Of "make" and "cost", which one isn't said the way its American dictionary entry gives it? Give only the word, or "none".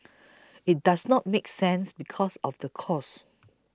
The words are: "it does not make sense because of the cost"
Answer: cost